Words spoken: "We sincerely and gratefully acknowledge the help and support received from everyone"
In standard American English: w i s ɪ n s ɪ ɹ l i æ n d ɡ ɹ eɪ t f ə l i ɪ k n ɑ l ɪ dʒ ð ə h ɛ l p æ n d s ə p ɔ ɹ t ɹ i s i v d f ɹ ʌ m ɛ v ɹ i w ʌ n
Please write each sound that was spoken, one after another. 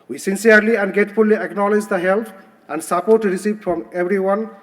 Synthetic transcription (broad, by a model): w i s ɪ n s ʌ ɹ l i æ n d ɡ eɪ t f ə l i ɪ k n ɑ l ɪ dʒ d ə h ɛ l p æ n d s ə p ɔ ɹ t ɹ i s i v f ɹ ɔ m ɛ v ɹ i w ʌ n